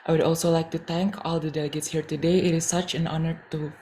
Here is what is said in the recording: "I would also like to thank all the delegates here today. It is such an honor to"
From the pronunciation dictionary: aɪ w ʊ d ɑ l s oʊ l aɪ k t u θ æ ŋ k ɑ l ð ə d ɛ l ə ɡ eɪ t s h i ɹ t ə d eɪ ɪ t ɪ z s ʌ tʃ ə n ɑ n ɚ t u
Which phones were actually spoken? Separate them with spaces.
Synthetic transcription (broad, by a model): aɪ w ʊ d ɑ l s oʊ l aɪ k t u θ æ ŋ k ɑ l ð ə d ɛ l ə ɡ eɪ t s h i ɹ t ə d eɪ ɪ t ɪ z s ʌ tʃ ə n ɑ n ɚ t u